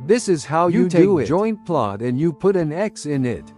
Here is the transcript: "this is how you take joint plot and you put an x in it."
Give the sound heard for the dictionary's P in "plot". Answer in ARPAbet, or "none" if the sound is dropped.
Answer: P